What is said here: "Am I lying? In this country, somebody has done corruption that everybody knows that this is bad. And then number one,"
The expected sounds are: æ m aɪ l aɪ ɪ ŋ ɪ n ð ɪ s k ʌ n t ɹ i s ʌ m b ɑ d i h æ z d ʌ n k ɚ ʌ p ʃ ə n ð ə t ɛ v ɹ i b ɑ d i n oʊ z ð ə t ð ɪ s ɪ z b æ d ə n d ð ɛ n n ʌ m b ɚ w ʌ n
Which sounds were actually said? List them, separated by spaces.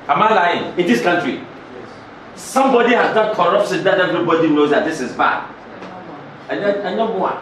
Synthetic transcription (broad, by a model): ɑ m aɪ l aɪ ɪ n ɪ n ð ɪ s k ʌ n t ɹ i s ʌ m b ɑ d i h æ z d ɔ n k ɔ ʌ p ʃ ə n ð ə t ɛ v ɹ i b ɑ d i n oʊ z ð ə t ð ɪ s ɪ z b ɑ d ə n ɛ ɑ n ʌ b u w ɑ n